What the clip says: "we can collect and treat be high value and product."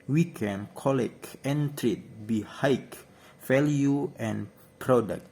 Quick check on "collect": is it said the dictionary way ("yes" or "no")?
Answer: no